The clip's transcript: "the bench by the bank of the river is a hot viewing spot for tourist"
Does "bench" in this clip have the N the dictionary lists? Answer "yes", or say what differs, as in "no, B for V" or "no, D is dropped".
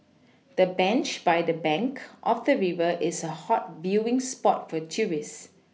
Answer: yes